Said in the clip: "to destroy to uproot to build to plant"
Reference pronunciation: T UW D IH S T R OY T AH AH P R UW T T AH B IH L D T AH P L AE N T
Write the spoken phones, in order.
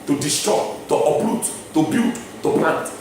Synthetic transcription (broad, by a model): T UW D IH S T R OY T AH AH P L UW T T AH B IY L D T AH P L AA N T